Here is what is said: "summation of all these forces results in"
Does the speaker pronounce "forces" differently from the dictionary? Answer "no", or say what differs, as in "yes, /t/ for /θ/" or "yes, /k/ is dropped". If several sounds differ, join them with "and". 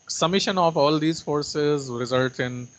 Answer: no